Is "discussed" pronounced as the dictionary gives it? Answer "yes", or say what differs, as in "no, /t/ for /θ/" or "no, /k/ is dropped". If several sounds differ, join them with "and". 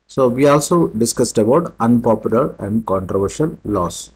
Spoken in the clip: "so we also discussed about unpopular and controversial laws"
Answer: yes